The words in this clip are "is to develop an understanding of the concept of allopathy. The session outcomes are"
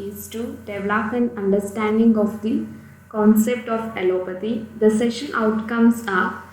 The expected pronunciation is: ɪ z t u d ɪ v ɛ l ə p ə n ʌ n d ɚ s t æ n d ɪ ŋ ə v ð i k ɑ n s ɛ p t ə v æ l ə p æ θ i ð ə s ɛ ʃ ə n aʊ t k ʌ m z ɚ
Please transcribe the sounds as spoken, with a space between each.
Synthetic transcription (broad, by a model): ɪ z t u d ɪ v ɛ l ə p ə n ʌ n d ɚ s t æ n d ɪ ŋ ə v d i k ɑ n s ɛ p t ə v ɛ l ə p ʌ t i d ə s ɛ ʃ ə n aʊ t k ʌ m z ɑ